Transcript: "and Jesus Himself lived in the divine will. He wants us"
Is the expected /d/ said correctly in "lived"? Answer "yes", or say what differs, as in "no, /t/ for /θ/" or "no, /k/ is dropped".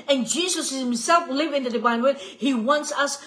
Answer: no, /d/ is dropped